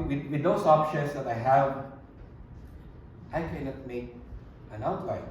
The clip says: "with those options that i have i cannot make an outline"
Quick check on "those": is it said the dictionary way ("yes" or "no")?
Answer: no